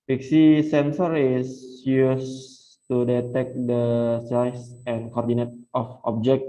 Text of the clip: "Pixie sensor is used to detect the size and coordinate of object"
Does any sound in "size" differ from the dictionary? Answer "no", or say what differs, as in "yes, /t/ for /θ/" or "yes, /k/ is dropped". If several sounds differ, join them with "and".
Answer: yes, /s/ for /z/